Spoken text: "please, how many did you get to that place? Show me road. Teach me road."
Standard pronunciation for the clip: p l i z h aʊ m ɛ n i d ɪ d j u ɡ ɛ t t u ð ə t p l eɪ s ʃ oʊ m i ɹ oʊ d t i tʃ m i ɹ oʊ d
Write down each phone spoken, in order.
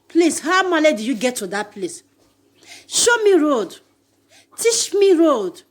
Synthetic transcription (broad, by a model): p l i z h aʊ m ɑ l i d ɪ j u ɡ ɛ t t u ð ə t p l eɪ s ʃ oʊ m i ɹ oʊ d t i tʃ m i ɹ oʊ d